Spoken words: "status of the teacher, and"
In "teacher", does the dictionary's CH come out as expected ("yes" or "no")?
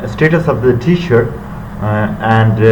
no